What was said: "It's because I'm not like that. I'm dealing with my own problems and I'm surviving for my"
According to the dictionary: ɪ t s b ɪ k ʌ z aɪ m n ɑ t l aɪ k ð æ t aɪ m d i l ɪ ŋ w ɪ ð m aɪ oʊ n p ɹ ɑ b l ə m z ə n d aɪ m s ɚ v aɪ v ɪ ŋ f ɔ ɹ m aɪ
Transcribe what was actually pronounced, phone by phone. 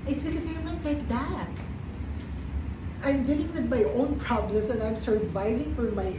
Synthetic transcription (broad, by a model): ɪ t s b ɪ k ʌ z aɪ m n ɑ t l aɪ k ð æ t aɪ m d i l ɪ ŋ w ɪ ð m aɪ oʊ n p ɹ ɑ b l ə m s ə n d aɪ m s ɚ v aɪ v ɪ ŋ f ɔ ɹ m aɪ